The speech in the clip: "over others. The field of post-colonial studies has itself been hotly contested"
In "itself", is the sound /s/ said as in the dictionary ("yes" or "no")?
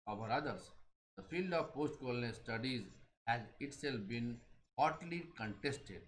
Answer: yes